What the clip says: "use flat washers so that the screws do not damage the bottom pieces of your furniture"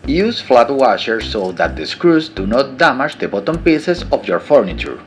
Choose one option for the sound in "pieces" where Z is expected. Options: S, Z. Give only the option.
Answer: S